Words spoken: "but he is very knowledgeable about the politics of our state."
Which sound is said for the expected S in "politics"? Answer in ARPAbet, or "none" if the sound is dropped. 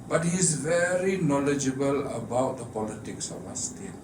S